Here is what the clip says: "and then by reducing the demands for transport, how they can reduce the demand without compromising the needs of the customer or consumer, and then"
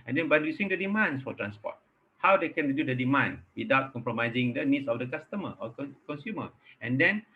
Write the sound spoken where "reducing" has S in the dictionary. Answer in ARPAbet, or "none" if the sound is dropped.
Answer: none